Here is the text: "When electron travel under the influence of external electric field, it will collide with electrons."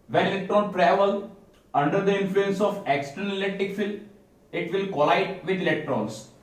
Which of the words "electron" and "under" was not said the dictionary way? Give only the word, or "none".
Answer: none